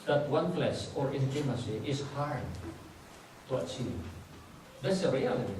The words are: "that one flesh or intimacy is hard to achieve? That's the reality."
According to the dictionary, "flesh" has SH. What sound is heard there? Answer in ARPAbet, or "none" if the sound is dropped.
S